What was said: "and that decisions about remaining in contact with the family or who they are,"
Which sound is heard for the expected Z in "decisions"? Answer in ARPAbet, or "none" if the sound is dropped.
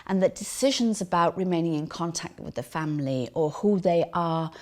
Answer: Z